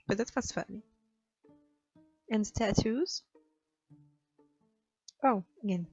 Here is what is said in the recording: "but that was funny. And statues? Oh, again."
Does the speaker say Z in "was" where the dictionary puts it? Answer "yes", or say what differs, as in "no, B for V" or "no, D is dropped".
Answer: no, S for Z